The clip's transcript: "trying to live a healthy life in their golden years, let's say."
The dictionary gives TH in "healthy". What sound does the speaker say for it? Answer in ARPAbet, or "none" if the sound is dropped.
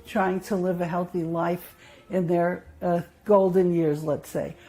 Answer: TH